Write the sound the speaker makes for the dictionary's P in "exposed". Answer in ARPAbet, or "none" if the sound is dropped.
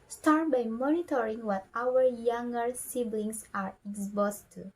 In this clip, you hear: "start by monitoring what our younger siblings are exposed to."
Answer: B